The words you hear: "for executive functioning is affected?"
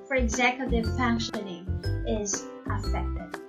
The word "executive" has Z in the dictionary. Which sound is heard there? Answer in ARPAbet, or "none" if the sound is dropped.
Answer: Z